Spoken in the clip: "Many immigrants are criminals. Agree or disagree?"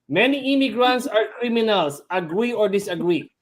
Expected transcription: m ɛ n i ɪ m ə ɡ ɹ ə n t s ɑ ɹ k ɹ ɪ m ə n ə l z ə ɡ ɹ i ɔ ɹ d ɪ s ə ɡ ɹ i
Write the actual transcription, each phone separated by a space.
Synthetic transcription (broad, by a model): m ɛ n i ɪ m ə ɡ ɹ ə n t s ɑ ɹ k ɹ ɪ m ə n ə l s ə ɡ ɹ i ɔ ɹ d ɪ s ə ɡ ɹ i